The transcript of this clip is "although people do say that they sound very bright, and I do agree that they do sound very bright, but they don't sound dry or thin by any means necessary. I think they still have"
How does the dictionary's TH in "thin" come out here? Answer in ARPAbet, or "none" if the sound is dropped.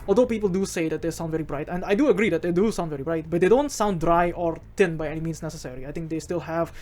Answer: T